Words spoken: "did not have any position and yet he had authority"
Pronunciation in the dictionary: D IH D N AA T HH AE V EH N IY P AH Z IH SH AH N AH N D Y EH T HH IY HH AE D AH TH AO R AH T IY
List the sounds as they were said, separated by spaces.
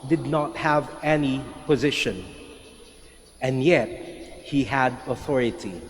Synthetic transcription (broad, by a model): D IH D N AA T HH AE V EH N IY P AH Z IH SH AH N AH N Y EH T HH IY HH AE D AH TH AO R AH T IY